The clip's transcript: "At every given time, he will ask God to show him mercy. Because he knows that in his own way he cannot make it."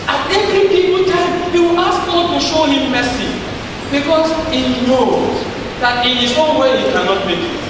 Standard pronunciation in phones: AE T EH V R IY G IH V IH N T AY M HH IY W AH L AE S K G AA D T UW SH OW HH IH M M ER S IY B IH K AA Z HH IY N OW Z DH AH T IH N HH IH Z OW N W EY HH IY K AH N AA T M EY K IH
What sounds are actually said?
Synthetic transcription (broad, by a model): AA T EH V R IY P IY P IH L T AY M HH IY W AH L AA S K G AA T UW SH OW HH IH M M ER S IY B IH K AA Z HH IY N OW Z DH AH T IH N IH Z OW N W EY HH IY K AH N AA T M EY K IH